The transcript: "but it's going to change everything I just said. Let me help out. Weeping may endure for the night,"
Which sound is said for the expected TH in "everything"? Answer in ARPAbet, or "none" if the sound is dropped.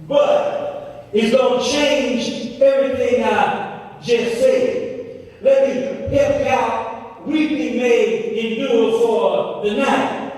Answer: TH